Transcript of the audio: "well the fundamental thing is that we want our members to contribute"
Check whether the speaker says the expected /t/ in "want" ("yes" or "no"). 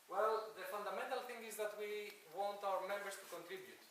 yes